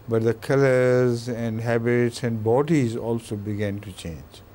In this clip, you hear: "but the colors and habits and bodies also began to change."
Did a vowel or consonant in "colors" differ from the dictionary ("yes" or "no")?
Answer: no